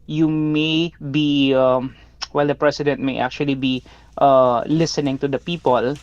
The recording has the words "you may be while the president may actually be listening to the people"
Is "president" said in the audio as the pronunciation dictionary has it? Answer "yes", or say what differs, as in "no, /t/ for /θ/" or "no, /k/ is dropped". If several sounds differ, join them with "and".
no, /s/ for /z/